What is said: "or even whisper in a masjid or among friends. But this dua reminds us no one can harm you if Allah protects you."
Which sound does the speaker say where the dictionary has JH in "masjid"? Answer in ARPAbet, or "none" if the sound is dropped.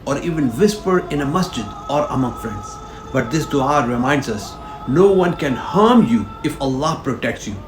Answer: JH